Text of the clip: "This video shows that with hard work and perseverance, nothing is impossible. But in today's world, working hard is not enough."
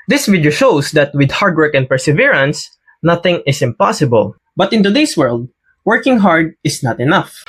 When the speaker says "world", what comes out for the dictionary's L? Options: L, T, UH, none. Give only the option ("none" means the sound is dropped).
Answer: L